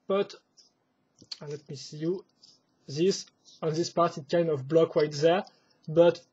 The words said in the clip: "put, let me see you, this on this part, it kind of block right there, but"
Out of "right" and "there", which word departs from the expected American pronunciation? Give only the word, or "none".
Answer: right